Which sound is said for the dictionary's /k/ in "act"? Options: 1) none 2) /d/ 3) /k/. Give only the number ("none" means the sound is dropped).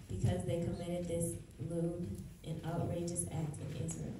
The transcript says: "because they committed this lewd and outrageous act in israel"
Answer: 3